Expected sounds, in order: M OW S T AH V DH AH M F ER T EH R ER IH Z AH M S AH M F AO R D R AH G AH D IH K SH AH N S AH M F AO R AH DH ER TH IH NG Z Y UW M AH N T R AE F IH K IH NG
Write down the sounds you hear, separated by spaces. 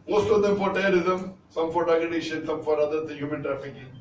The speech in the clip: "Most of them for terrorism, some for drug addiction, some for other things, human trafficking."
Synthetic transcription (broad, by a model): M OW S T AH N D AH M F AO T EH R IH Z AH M S AH M F AO R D AH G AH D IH SH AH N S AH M F AO R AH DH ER T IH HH Y UW M AH N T R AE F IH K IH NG